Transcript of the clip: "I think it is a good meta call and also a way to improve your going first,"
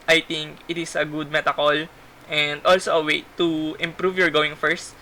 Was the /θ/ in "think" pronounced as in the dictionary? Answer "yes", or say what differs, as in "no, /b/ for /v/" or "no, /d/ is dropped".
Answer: no, /t/ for /θ/